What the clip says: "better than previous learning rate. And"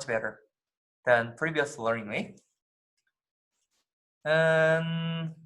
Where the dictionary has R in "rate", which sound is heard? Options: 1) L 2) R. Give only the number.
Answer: 1